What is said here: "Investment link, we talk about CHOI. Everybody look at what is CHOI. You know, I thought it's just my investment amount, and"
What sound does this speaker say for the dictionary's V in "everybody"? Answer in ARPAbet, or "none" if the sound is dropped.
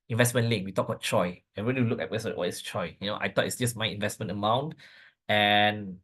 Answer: none